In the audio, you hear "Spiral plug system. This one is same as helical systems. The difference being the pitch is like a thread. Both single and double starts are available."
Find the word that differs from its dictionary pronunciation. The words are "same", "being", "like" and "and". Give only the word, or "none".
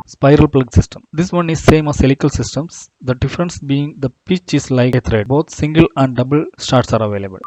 like